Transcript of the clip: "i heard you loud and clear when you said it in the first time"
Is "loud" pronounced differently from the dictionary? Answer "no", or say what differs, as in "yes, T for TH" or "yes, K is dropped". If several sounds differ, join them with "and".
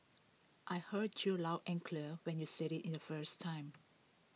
yes, D is dropped